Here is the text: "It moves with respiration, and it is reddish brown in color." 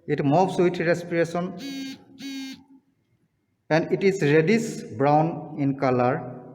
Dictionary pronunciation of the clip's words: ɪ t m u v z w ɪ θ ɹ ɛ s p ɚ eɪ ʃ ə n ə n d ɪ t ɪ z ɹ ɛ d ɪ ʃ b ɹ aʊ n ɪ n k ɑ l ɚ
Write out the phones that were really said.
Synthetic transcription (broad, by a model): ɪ t m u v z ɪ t ɹ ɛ s p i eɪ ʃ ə n ə n d ɪ t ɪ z ɹ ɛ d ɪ s b ɹ aʊ n ɪ n k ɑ l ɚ